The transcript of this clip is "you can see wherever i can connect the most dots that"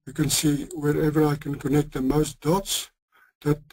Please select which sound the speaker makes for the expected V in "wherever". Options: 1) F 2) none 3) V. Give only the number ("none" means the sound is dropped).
3